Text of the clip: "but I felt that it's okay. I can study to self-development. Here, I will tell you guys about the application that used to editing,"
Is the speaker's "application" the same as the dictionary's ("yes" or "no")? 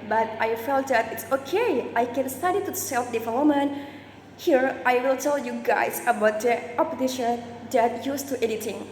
no